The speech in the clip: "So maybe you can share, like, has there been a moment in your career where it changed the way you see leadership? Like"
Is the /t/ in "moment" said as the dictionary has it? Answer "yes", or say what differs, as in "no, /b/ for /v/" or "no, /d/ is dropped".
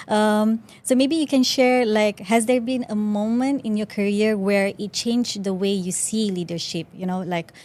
yes